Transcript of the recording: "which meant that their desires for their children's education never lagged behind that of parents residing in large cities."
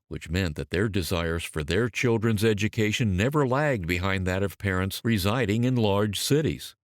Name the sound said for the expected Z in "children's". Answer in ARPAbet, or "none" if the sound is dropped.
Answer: Z